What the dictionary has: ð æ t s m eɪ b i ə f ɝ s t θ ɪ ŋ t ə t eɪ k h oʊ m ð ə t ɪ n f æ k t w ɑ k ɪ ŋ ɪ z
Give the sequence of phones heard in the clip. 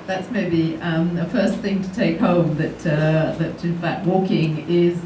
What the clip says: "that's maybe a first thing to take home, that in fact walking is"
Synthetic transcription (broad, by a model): ð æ t s m eɪ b i ə f ɝ s θ ɪ ŋ t ə t eɪ k h oʊ m ð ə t ɪ n f æ k t w ɑ k ɪ ŋ ɪ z